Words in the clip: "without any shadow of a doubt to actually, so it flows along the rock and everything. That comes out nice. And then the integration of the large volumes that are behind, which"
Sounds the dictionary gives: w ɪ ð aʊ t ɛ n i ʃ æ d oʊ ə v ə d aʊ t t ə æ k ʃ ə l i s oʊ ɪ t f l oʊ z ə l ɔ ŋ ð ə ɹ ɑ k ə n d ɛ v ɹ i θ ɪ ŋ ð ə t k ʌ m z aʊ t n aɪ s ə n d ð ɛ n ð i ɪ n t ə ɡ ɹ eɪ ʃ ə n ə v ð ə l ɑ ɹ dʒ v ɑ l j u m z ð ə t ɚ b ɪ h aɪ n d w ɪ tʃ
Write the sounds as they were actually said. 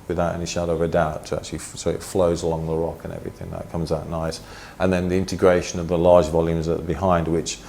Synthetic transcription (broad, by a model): w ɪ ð aʊ t ɛ n i ʃ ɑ d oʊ ə v ə d aʊ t t ə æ k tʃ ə l i s oʊ ɪ t f l oʊ z ə l ɔ ŋ ð ə ɹ ɑ k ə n ɛ v ɹ i θ ɪ ŋ ð ə t k ʌ m z aʊ t n aɪ s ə n ð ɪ n ð i ɪ n t ə ɡ ɹ eɪ ʃ ə n ə v ð ə l ɑ ɹ dʒ v ɑ l j u m z ð ə t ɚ b ɪ h aɪ n d w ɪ tʃ